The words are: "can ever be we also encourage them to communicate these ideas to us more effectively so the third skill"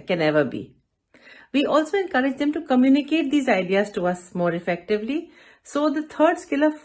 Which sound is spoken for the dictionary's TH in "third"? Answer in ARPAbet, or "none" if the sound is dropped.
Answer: T